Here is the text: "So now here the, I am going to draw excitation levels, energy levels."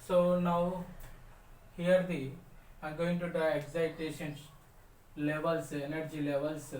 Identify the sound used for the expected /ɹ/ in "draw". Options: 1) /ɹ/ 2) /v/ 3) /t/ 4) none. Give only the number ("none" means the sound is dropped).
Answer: 4